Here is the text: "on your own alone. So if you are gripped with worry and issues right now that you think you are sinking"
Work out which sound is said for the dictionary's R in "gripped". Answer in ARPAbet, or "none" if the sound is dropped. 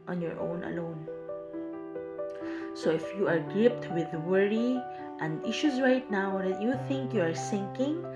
none